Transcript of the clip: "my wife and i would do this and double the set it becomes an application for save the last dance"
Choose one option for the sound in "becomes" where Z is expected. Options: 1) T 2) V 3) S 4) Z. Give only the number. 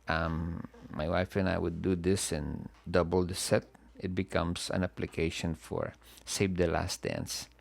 3